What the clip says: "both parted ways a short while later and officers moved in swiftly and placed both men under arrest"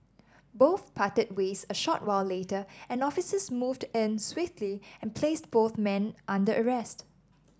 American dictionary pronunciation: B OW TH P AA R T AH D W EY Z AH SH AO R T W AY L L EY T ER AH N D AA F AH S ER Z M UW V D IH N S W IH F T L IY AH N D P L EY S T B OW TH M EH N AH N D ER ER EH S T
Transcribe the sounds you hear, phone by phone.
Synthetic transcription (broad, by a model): B OW TH P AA T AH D W EY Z AH SH AO T W AY L L EY T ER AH N AA F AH S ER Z M UW V D IH N S W IH F T L IY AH N P L EY S T B OW TH M EH N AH N D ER ER EH S T